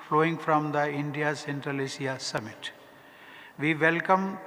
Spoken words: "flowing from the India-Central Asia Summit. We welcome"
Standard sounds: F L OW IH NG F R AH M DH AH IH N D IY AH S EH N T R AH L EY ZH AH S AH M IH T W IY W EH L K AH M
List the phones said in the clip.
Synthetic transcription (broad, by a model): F L OW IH NG F R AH M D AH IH N D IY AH S EH N T R AH L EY S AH S AH M IH T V IY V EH L K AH M